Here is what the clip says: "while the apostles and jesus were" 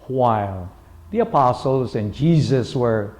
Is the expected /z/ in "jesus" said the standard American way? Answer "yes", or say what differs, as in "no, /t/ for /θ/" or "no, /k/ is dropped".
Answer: yes